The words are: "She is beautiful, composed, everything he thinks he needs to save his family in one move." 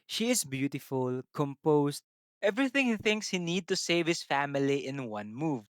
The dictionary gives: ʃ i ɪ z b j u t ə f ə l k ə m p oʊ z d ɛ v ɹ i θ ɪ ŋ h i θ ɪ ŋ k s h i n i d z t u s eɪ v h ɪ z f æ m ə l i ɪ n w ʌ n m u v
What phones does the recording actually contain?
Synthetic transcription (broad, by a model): ʃ i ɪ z b j u t ə f ə l k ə m p oʊ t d ɛ v ɹ i θ ɪ ŋ h i θ ɪ ŋ k s h i n i d t u s eɪ v h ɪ s f æ m ə l i ɪ n w ʌ n m u v